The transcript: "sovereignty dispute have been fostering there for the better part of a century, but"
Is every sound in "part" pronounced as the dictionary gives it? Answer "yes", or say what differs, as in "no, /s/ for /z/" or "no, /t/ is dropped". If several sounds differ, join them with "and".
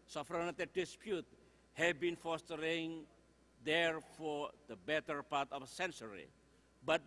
yes